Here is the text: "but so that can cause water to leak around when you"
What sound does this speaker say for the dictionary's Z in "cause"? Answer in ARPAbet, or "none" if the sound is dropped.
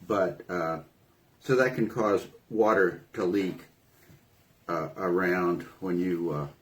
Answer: Z